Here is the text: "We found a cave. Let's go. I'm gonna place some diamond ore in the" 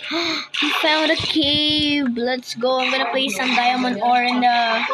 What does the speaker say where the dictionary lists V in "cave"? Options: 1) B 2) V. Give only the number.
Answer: 1